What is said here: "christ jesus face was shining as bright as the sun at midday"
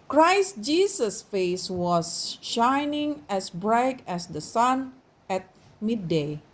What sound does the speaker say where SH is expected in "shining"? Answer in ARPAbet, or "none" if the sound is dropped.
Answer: SH